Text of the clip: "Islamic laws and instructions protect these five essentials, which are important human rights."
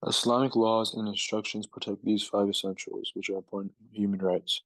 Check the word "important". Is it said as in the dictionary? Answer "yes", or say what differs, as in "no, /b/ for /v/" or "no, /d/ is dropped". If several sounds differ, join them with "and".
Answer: no, /m/ is dropped